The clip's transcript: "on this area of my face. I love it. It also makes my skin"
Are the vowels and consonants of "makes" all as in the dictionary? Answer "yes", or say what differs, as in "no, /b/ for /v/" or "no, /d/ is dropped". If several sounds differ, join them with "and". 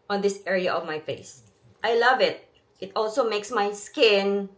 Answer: yes